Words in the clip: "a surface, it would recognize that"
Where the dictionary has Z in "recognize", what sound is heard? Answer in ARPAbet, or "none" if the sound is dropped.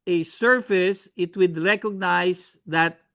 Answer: S